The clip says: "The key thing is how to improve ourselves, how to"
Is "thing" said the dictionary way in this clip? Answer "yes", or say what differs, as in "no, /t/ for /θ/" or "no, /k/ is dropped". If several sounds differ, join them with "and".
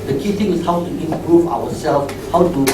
no, /t/ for /θ/